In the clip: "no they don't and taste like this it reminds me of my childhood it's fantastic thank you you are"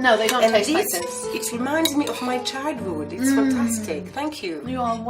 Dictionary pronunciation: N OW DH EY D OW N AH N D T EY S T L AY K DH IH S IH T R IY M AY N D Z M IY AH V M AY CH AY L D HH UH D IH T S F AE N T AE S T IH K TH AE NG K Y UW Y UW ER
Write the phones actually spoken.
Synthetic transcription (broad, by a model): N OW DH EY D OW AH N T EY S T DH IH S IH T R IY M AY N D Z M IY AH V M AY CH AY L D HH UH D IH T S F AE N T AE S T IH K TH AE NG K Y Y UW